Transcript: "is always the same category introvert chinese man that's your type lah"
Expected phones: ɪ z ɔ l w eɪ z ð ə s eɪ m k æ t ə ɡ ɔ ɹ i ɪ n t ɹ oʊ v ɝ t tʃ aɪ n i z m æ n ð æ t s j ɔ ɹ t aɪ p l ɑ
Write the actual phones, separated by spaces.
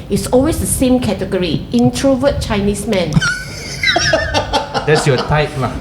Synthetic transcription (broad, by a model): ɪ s ɔ l w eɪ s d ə s eɪ m k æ t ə ɡ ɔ ɹ i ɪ n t ɹ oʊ v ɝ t tʃ aɪ n i s m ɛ n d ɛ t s j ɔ t aɪ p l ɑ